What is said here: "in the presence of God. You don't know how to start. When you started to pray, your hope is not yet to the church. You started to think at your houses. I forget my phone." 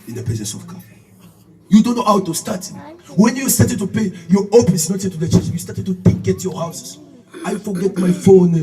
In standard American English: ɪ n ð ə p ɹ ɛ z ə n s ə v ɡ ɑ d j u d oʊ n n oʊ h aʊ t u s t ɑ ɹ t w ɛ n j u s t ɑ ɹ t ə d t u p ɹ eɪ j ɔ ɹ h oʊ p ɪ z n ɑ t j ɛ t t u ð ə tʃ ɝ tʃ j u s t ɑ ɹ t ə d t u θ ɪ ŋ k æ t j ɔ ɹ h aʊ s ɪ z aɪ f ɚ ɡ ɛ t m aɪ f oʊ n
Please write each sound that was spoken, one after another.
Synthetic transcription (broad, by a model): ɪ n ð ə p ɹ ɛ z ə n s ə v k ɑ j u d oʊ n n oʊ h aʊ t u s t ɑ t w ɛ n j u s t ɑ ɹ t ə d t u p eɪ j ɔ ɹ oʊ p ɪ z n ɑ t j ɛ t t u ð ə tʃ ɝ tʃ j u s t ɑ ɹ t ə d t u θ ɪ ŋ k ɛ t j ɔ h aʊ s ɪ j f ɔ ɡ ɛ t m aɪ f oʊ n